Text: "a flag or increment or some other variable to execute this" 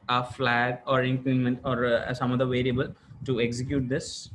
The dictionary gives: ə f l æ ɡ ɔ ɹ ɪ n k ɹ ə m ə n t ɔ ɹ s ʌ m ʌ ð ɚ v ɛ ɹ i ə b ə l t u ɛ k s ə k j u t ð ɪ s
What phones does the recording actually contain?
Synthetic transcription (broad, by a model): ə f l æ ɡ ɔ ɹ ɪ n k ə m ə n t ɔ ɹ s ʌ m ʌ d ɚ v ɛ ɹ i ə b ə l t u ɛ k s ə k j u t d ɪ s